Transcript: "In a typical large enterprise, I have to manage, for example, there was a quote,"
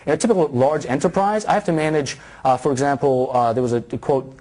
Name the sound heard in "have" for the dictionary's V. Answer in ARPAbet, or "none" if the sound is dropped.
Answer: F